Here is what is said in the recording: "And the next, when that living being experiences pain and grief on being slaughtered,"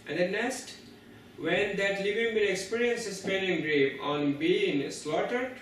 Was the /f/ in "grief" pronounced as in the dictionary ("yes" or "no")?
no